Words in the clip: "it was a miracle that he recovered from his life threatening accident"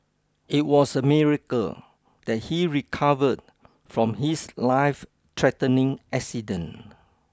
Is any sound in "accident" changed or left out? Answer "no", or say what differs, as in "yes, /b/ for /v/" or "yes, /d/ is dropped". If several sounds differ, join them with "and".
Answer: yes, /t/ is dropped